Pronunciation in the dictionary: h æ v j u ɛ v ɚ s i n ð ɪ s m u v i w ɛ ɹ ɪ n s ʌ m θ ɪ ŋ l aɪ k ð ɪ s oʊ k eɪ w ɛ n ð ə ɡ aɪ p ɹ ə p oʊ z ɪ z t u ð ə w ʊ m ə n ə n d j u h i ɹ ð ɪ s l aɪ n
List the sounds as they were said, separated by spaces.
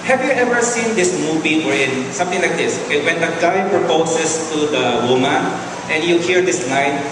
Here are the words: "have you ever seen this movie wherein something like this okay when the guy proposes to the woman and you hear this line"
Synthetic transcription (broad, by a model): h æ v j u ɛ v ɚ s i n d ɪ s m u v i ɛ ɹ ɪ n s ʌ m t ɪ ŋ l aɪ k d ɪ s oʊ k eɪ w ɛ n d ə ɡ aɪ p ɹ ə p oʊ s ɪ s t u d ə w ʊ m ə n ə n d j u h i ɹ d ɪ s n aɪ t